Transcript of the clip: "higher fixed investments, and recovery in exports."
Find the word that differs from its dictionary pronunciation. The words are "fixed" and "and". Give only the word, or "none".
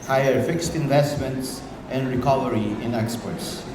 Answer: none